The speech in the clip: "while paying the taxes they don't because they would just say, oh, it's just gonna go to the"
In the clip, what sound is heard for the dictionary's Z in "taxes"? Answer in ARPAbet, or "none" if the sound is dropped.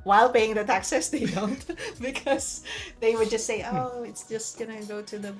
S